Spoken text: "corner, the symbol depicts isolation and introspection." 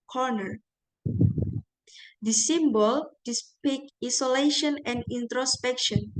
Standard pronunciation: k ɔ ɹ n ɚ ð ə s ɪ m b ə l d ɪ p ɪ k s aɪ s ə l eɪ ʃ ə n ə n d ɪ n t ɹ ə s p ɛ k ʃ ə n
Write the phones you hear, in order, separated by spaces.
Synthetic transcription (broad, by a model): k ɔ ɹ n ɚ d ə s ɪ m b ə l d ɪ p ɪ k i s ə l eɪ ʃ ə n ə n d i n t ɹ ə s p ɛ k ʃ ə n